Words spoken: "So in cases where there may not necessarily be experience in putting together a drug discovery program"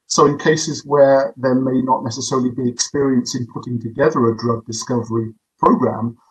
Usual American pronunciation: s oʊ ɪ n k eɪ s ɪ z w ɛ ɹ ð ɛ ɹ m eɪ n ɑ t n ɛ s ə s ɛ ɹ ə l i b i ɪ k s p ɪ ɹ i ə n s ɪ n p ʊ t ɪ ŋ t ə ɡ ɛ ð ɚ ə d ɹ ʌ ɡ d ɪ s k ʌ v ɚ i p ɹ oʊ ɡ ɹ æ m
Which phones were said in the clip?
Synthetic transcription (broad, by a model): s oʊ ɪ n k eɪ s ɪ z w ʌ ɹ ð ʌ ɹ m eɪ n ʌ t n ɛ s ə s ɛ ɹ ə l i b i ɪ k s p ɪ ɹ i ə n s ɪ n p ʊ t ɪ ŋ t ə ɡ ɛ ð ɚ ə d ɹ ʌ ɡ d ɪ s k ʌ v ɚ i p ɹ oʊ ɡ ɹ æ m